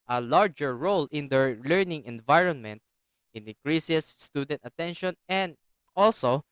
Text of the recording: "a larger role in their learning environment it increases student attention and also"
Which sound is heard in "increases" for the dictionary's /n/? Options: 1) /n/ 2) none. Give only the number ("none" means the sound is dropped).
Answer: 2